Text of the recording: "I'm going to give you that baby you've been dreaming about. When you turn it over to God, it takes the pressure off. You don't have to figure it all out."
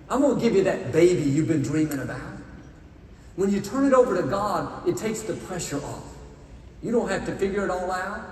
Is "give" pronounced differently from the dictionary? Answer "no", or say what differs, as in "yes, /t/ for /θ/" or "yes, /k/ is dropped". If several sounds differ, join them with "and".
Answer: no